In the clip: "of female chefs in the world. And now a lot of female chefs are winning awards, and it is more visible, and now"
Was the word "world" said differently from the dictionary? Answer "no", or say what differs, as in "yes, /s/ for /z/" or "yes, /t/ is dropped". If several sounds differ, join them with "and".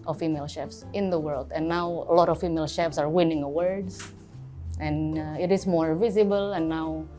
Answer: no